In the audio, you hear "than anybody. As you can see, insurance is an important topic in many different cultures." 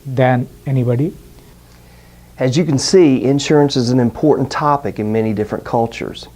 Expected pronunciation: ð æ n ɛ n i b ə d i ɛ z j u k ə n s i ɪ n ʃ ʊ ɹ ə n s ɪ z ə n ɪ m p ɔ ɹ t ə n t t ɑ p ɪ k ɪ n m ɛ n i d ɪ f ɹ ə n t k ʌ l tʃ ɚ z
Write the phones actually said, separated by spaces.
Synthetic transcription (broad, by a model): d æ n ɛ n i b ə d i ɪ z j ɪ k n s i ɪ n ʃ ʊ ɹ ə n s ɪ z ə n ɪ m p ɔ ɹ t n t t ɑ p ɪ k ɪ n m ɛ n i d ɪ f ɹ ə n k ʌ l tʃ ɚ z